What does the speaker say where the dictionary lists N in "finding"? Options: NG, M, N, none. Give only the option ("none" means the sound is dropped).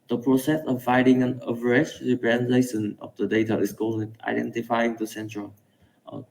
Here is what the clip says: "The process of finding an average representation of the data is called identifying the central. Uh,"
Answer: none